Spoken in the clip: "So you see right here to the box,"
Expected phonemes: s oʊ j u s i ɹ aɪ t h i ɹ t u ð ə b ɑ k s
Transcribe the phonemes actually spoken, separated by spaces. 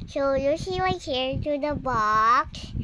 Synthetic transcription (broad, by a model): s oʊ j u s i w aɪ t h i ɹ t u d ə b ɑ k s